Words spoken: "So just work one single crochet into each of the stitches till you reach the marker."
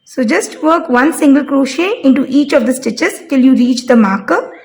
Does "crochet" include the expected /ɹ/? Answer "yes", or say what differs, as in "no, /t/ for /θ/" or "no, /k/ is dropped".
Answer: yes